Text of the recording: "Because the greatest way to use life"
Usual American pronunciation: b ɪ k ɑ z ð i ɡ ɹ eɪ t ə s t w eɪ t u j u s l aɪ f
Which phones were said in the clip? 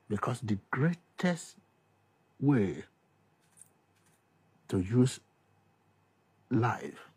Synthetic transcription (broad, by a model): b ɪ k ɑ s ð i ɡ ɹ eɪ t ə s t w eɪ t u j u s l aɪ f